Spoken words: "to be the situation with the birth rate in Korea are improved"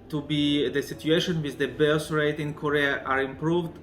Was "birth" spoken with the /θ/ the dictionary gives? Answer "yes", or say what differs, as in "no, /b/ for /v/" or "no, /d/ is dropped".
no, /s/ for /θ/